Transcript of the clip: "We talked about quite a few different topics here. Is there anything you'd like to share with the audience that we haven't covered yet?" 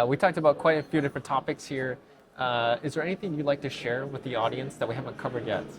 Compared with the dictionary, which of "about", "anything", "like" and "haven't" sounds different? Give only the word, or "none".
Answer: none